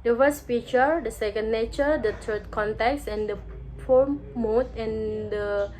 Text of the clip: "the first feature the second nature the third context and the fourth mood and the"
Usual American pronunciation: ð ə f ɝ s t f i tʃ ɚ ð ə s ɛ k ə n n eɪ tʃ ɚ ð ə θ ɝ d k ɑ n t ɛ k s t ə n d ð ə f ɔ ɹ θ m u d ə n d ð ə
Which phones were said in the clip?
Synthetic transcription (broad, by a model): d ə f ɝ s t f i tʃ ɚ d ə s ɛ k ə n n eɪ tʃ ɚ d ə t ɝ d k ɑ n t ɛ k s ə n d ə p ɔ m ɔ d ə n d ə